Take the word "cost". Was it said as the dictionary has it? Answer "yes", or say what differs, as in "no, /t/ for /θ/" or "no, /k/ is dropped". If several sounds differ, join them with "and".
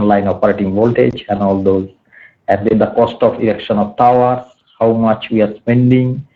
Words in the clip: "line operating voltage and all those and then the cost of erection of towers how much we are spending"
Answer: yes